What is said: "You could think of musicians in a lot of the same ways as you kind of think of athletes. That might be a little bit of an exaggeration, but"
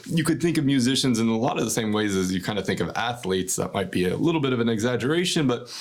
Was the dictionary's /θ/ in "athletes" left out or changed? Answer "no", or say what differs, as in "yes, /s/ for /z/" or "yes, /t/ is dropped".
no